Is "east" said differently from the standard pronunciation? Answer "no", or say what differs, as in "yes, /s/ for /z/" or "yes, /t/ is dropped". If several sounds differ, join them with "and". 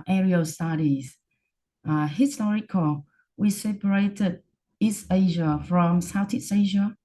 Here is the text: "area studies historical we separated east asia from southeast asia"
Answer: no